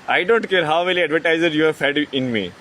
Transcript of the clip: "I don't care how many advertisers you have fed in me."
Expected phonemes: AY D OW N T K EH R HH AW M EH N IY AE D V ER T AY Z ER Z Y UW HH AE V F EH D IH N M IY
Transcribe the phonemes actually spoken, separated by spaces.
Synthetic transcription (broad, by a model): AY D OW N T K EH R HH AW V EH L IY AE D V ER T AY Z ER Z Y UW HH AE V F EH D IH N M IY